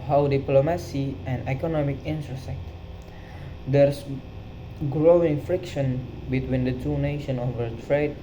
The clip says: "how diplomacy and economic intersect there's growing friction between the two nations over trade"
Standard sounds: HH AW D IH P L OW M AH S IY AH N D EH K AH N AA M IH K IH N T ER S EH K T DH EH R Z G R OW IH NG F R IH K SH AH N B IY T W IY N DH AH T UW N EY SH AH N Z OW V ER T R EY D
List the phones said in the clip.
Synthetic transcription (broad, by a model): HH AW D IH P L OW M AH S IY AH N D EH K AH N AA M IH K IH N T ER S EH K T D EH R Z G R OW IH NG F R IH K SH AH N B IY T W IY N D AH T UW N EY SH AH N OW V ER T R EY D